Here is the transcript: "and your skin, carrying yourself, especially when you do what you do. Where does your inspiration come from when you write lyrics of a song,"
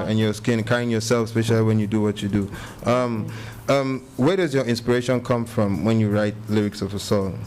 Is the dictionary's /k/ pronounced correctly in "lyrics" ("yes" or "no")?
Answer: yes